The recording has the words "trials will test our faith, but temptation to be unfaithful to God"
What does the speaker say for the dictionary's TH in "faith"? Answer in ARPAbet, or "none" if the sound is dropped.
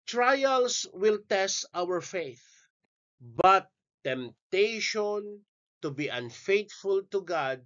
TH